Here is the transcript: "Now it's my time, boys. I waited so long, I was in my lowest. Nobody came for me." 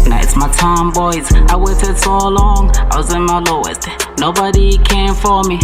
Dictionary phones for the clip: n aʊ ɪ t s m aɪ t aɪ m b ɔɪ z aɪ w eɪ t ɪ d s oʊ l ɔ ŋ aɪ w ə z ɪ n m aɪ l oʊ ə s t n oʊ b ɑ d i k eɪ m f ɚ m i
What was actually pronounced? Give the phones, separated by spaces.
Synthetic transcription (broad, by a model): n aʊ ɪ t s m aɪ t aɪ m b ɔɪ z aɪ w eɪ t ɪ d s oʊ l ɔ ŋ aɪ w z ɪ m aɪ l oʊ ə t n oʊ b ɑ d i k eɪ m f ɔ m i